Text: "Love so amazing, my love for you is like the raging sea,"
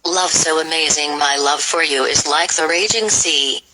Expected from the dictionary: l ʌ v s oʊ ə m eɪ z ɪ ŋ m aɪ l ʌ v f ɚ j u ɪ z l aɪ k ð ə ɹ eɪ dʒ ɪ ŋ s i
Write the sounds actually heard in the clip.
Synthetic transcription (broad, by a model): l ʌ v s oʊ ə m eɪ z ɪ ŋ m aɪ l ʌ v f ɚ j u ɪ z l aɪ k ð ə ɹ eɪ dʒ ɪ ŋ s i